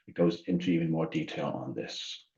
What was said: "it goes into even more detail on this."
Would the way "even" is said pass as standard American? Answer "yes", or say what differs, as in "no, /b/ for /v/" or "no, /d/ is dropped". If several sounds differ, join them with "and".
yes